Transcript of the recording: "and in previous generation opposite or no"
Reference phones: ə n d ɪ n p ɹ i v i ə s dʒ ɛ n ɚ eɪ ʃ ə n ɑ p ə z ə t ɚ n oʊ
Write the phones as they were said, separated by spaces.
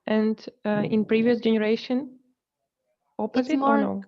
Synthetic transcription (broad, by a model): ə n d ɪ n p ɹ i v i ə s dʒ ɛ n ɚ eɪ ʃ ə n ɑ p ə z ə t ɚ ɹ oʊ